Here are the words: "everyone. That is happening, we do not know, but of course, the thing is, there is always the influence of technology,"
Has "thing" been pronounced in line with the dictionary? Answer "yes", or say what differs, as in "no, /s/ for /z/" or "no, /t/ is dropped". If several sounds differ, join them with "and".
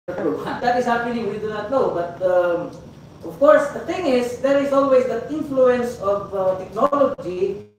no, /t/ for /θ/